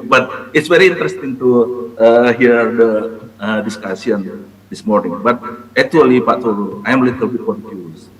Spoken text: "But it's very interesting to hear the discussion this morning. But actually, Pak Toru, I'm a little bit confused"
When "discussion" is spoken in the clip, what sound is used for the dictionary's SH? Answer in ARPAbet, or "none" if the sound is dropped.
S